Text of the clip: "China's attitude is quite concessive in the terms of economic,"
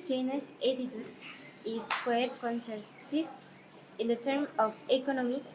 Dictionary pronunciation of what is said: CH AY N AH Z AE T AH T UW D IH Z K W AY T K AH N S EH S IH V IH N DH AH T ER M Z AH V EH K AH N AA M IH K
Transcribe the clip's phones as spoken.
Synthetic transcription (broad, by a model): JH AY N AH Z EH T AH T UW IH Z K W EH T K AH N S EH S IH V IH N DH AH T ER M AH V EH K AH N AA M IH